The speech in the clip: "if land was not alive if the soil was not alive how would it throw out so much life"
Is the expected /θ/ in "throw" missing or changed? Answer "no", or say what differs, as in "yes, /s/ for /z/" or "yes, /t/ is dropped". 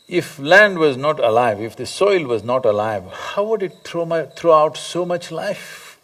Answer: yes, /t/ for /θ/